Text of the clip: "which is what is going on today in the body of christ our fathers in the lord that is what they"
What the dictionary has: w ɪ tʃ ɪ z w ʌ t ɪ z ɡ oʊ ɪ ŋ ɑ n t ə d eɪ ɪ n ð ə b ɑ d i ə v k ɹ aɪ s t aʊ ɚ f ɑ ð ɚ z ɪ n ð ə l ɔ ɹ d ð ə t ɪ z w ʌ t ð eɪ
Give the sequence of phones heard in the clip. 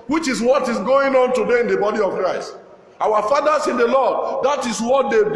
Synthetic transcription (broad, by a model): w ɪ tʃ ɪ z w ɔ t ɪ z ɡ oʊ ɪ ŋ ɑ n t ə d eɪ ɪ n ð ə b ɑ d i ə v k ɹ aɪ s t aʊ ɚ f ɑ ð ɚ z ɪ n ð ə l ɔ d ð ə t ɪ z w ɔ t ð eɪ